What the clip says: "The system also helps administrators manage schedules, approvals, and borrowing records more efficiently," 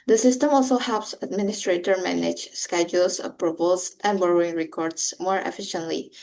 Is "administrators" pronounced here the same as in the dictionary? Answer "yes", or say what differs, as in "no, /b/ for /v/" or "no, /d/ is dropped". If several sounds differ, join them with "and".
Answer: no, /z/ is dropped